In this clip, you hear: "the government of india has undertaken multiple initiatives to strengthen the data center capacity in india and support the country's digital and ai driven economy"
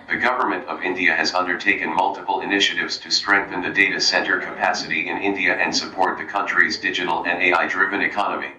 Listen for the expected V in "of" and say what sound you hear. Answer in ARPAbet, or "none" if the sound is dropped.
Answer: V